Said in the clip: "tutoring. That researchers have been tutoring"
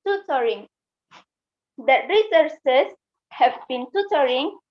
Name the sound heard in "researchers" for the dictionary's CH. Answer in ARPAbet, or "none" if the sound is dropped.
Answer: S